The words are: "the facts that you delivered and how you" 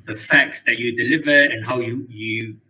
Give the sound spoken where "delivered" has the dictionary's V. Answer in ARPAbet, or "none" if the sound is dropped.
V